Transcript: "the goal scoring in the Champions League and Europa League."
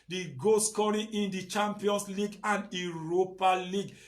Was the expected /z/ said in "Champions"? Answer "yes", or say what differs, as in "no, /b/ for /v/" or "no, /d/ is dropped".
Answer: no, /s/ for /z/